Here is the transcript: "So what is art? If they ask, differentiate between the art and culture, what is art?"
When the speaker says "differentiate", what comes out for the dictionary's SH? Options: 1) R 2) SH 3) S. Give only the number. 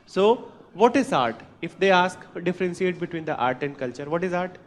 3